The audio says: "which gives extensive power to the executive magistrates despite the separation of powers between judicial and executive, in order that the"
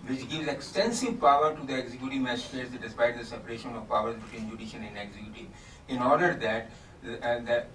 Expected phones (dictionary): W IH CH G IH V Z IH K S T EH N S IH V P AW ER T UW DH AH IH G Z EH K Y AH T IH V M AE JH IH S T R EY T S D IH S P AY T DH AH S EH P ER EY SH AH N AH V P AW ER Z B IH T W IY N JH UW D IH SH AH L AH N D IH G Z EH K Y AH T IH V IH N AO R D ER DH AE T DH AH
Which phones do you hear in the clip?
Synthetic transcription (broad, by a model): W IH CH G IH V Z IH K S T EH N S IH V P AW ER T UW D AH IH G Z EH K Y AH T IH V M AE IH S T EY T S D IH S P AY T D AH S EH P ER EY SH AH N AH V P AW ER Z B IH T W IY N JH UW D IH SH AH N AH N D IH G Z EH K Y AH T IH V IH N AO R D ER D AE T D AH